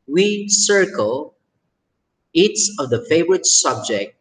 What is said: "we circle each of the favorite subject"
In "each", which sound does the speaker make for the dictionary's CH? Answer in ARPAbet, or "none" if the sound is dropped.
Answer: S